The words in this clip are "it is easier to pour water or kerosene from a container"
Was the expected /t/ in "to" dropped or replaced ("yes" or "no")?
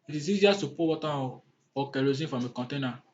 yes